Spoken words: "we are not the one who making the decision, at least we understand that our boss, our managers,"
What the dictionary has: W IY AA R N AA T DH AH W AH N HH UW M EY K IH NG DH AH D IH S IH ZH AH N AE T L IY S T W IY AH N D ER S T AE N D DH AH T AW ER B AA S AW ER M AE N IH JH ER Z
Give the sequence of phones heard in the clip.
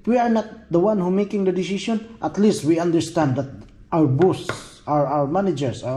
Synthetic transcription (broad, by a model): W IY AA R N AA T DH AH W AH N HH UW M EY K IH NG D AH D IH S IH S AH N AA T L IY S T W IY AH N D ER S T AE N D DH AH T AW ER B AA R AW ER M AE N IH JH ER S